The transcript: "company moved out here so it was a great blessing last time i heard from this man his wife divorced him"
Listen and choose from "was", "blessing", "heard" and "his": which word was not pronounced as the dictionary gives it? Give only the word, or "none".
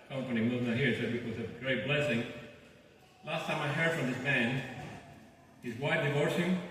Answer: none